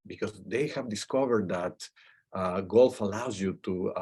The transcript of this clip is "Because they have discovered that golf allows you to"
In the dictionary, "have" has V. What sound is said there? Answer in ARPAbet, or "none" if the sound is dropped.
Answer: V